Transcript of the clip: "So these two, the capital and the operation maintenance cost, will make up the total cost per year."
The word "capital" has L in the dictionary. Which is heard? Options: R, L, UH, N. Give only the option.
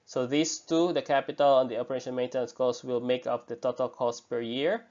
L